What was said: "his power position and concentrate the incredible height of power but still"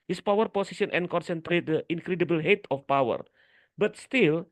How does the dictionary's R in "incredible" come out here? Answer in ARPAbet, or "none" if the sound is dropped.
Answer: R